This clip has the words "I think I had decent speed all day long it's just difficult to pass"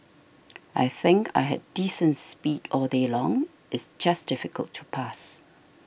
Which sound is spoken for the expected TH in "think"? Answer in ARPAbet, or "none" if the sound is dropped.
TH